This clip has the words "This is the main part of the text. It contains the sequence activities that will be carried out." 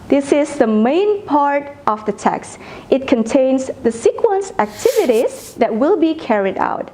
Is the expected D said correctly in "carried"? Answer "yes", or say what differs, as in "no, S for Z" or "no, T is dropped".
yes